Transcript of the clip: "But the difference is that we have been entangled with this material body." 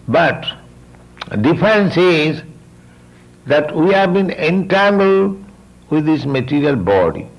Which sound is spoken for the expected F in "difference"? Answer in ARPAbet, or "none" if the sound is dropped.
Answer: none